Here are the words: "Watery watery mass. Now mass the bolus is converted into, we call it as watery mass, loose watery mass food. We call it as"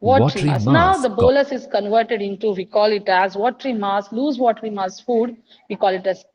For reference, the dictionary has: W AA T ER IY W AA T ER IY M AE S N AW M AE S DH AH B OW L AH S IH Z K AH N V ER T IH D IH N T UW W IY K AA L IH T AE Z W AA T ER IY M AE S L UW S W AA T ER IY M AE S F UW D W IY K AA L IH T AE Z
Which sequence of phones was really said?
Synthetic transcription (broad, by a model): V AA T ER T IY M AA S N AW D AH B OW L AH S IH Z K AH N V ER T IH D IH N T UW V IY K AA L IH T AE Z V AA T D IY M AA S L UW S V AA T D IY M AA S F UW D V IY K AA L IH T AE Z